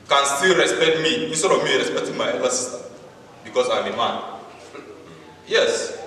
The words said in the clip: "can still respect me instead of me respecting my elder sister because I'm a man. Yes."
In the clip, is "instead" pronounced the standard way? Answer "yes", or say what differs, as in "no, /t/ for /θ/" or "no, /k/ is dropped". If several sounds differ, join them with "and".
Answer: no, /n/ is dropped